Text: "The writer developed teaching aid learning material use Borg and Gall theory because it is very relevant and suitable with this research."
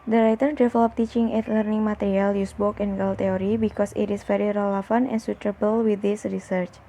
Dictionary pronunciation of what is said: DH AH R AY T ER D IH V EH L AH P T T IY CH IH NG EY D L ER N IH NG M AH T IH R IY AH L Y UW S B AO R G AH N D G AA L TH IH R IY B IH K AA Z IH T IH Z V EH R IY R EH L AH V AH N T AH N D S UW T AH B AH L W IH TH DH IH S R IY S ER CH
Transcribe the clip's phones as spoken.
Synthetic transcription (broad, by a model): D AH R AY T ER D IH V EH L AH P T T IY CH IH NG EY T L ER N IH NG M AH T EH R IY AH L Y UW S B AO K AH N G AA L T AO R IY B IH K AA S IH T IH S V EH R IY R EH L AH F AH N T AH N S UW T AH B AH L W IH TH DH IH S R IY S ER CH